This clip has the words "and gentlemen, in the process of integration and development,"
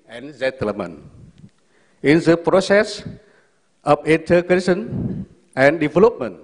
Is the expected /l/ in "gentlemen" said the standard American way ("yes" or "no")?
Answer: no